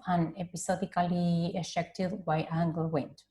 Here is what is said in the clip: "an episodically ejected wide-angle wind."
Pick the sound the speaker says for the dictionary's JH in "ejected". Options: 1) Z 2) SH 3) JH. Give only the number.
2